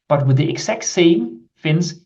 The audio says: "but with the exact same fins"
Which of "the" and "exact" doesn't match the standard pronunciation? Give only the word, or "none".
exact